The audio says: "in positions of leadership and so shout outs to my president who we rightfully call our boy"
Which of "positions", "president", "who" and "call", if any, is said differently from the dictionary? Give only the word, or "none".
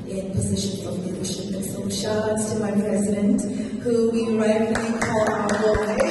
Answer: none